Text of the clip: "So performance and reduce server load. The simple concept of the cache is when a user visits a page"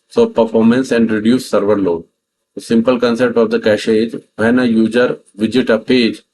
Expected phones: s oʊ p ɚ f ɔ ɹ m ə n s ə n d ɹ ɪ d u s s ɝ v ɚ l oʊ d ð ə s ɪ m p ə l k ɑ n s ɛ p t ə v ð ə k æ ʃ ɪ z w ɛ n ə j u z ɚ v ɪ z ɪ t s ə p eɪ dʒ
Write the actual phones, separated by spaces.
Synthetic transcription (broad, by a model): s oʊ p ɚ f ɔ ɹ m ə n s ə n d ɹ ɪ d u s s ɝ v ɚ l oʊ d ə s ɪ m p ə l k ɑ n s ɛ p t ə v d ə k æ ʃ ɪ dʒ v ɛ n ə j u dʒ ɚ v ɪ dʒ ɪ t ə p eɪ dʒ